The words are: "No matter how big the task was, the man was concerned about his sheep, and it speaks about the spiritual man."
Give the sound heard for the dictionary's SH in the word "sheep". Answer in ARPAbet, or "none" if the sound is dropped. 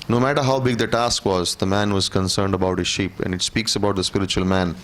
SH